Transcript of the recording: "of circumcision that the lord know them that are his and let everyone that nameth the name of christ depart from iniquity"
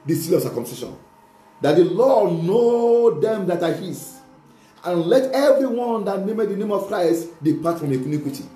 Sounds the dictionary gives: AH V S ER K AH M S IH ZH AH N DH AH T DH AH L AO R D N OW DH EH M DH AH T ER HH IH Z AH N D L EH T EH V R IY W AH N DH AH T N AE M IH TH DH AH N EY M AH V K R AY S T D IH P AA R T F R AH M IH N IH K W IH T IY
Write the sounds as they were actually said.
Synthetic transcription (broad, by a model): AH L S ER K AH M S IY SH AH N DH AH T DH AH L AO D N OW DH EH M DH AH T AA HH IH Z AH N L EH T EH V R IY W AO N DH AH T N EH M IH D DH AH N EY M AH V K R AY S T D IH P AA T F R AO M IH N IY K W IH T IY